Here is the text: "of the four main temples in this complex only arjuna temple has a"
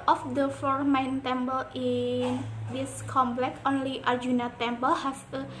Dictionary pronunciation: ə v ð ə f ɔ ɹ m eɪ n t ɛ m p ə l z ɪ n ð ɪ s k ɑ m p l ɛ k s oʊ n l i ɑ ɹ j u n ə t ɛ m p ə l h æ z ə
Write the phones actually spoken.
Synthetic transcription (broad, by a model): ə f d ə f ɔ ɹ m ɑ n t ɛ m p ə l ɪ n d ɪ s k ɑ m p l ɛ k oʊ n l i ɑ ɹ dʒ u n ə t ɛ m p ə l h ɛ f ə